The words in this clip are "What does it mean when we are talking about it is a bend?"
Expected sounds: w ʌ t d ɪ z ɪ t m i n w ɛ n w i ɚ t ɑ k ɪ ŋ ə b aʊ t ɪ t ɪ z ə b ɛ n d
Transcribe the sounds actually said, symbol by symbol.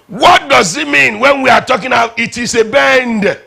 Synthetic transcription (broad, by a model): w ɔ t d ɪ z ɪ t m i n w ɛ n w i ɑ t ɑ k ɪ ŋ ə ʊ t ɪ t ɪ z ə b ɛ n d